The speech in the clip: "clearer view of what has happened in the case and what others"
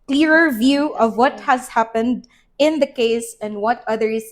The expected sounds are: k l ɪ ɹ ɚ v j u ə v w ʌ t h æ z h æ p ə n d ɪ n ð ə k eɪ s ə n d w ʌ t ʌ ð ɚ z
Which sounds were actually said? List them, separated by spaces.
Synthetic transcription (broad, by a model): k l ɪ ɹ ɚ v j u ə v w ʌ t h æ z h æ p ə n d ɪ n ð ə k eɪ s ə n d w ʌ t ʌ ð ɚ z